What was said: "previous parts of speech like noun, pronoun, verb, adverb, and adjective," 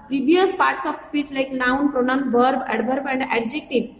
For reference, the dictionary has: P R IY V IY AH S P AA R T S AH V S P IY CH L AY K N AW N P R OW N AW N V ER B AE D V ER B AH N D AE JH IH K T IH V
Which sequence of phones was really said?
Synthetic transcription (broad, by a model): P R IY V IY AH S P AA R T S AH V S P IY CH L AY K N AW N P R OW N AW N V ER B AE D B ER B AH N D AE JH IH K T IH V